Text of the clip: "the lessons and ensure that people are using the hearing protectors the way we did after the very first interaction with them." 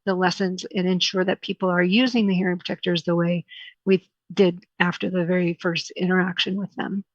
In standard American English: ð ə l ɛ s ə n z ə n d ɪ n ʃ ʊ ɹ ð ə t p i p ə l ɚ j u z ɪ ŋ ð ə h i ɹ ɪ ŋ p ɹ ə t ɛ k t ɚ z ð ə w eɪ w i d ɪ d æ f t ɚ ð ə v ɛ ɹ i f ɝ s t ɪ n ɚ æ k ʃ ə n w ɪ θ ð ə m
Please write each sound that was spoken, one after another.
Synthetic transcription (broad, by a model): ð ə l ɛ s ə n z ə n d ɪ n ʃ ʊ ɹ ð ə t p i p l ɚ j u z ɪ ŋ ð ə h i ɹ ɪ ŋ p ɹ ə t ɛ k t ɚ z ð ə w eɪ w i d ɪ d æ f t ɚ ð ə v ɛ ɹ i f ɝ s t ɪ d ɚ æ k ʃ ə n w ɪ ð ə m